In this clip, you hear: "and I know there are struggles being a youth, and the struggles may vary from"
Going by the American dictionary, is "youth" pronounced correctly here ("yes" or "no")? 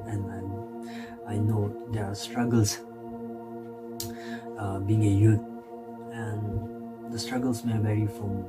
no